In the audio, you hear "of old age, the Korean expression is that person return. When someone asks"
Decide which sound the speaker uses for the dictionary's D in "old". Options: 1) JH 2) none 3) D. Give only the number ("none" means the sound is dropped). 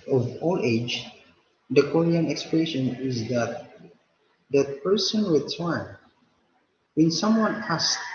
2